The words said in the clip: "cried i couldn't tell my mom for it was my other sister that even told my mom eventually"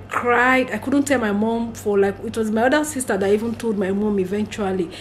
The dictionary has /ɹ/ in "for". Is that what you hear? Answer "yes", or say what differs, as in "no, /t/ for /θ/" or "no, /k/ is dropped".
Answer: no, /l/ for /ɹ/